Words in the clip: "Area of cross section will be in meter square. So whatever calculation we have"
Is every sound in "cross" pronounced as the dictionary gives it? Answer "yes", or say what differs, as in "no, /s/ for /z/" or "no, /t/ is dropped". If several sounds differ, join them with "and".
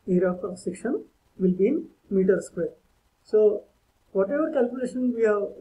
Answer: no, /ɹ/ is dropped